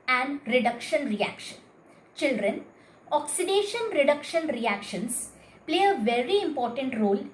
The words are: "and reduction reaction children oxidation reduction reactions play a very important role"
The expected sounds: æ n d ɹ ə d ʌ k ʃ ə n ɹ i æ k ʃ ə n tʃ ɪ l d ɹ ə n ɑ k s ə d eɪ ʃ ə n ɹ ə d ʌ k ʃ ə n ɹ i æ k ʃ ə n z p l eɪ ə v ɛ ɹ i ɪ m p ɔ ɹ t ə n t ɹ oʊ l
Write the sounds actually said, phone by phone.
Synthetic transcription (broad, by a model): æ n d ɹ ə d ʌ k ʃ ə n ɹ i æ k ʃ ə n tʃ ɪ l d ɹ ə n ɑ k s ə d eɪ ʃ ə n ɹ ə d ʌ k ʃ ə n ɹ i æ k ʃ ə n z p l eɪ ə v ɛ ɹ i ɪ m p ɔ ɹ t ə n t ɹ oʊ l